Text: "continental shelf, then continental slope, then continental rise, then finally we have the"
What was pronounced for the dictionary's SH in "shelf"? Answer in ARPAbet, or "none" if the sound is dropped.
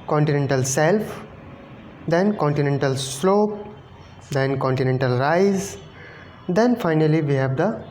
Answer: S